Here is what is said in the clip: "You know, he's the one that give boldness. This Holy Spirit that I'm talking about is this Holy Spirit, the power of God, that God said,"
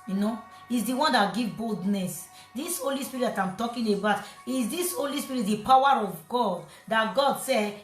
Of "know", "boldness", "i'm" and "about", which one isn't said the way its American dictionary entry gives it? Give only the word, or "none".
none